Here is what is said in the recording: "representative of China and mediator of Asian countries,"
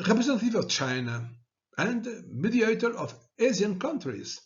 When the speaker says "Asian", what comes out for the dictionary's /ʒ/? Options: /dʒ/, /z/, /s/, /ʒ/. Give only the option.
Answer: /z/